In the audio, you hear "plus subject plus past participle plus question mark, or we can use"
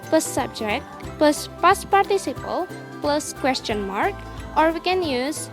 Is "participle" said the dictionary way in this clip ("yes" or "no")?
yes